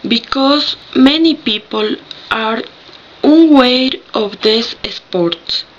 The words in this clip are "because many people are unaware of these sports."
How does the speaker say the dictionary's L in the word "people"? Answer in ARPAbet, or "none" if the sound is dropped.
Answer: L